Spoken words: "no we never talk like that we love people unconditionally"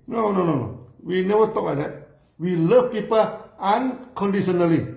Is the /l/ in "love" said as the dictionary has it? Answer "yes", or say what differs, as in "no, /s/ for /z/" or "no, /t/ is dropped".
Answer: yes